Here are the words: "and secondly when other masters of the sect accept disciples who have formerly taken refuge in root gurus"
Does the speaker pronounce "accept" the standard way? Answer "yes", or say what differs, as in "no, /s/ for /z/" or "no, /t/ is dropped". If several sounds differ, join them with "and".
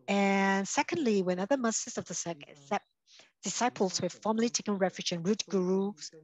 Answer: no, /p/ is dropped